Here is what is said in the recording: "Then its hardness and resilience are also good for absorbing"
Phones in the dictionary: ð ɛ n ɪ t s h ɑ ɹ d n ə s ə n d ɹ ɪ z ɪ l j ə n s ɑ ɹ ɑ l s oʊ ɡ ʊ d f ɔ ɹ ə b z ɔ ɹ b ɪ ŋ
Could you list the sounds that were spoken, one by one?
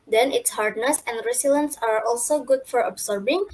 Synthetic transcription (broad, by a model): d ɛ n ɪ t s h ɑ ɹ d n ə s ə n d ɹ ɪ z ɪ l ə n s ɑ ɹ ɑ l s oʊ ɡ ʊ d f ɔ ɹ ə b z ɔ ɹ b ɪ ŋ